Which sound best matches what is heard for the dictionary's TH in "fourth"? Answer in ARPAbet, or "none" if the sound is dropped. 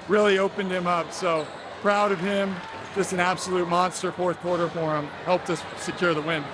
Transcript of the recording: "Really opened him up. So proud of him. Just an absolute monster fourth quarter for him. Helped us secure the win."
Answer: TH